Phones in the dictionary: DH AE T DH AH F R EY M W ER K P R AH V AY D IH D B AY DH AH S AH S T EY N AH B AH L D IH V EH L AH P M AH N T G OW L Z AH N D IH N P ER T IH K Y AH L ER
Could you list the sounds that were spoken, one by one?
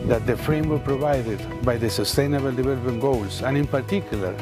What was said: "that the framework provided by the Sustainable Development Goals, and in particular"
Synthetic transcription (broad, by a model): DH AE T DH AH F R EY M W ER P R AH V AY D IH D B AY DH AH S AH S T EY N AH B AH L D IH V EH L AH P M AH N G OW L S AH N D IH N P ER T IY K Y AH L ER